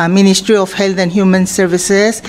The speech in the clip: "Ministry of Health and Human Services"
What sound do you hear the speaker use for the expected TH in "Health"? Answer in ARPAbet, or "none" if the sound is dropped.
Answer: T